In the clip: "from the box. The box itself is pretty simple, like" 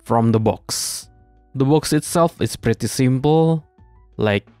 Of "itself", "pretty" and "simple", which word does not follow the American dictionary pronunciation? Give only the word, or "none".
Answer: none